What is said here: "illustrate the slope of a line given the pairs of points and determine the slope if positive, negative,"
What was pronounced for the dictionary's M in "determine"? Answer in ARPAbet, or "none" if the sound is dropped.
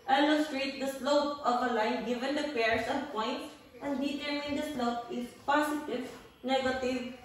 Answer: none